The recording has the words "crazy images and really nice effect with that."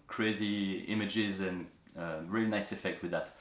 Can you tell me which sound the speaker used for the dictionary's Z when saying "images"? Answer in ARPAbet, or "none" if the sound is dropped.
Z